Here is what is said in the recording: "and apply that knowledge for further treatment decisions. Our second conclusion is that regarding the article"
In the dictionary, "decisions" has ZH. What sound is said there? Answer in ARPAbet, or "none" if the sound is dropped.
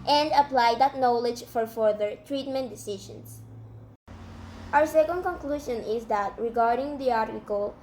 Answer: SH